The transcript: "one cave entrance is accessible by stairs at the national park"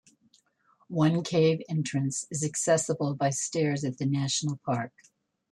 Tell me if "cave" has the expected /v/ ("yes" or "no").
yes